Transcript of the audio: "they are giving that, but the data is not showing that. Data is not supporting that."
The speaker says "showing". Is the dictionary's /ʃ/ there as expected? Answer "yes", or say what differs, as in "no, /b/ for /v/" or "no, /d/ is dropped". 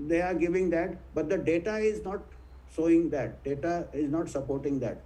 no, /s/ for /ʃ/